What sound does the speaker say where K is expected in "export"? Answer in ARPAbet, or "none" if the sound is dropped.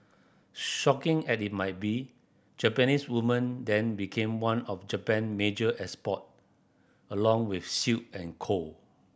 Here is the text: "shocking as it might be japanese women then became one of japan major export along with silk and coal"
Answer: none